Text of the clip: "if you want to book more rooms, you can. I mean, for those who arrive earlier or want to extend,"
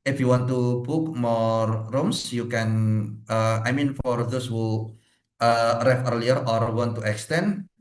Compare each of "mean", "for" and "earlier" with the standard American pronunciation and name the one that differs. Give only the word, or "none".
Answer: none